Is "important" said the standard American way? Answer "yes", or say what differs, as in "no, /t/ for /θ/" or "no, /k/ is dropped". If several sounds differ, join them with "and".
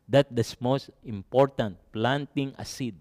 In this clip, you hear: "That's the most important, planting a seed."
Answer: yes